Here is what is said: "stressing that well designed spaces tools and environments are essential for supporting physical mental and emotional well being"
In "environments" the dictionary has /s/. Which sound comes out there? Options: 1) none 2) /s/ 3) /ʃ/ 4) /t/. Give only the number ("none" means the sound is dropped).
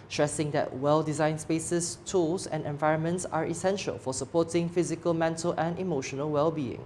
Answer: 2